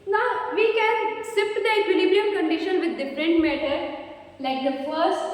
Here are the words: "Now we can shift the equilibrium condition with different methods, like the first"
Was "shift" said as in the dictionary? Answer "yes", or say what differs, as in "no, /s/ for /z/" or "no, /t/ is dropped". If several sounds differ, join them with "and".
no, /s/ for /ʃ/